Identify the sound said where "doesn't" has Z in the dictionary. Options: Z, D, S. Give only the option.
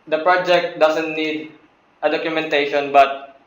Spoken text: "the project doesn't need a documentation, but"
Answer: S